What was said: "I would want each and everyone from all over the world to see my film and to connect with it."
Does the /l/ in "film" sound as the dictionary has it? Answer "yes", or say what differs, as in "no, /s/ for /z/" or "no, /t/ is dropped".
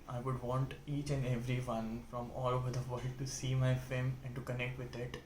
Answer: no, /l/ is dropped